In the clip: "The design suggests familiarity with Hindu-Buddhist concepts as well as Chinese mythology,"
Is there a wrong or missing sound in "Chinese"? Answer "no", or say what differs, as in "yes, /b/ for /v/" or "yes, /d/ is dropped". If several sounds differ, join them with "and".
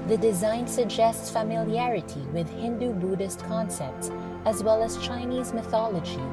no